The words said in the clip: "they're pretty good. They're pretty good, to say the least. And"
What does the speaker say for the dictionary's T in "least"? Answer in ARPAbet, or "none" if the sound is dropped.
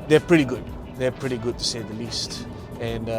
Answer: T